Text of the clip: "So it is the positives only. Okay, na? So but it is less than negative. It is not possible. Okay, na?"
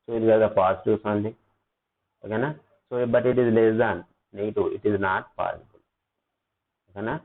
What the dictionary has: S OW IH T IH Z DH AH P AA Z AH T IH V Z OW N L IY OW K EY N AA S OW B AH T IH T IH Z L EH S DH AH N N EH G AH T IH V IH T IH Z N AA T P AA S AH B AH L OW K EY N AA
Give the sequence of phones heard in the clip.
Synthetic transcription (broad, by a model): S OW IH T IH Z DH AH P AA S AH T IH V S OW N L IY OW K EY N AA S OW B AH T IH T IH Z L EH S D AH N N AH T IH IH T IH Z N AA T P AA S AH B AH L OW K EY N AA